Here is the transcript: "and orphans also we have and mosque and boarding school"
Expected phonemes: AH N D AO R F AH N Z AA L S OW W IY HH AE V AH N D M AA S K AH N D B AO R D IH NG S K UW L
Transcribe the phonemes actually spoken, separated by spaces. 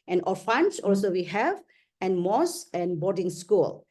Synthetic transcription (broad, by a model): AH N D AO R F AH N S AA L S OW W IY HH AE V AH N M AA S AH N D B AO R D IH NG S K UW L